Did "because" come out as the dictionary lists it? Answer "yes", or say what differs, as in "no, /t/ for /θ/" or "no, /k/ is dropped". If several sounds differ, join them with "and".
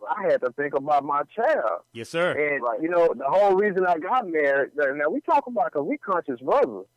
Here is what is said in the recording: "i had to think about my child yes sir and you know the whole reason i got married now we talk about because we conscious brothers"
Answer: no, /z/ is dropped